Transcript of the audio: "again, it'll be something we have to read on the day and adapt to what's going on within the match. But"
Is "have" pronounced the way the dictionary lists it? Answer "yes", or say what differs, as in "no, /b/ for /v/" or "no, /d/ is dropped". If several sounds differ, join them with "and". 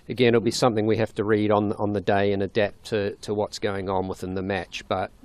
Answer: no, /f/ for /v/